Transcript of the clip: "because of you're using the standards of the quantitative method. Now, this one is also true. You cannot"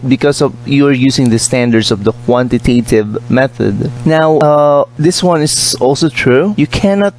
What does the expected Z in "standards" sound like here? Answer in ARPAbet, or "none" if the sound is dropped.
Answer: S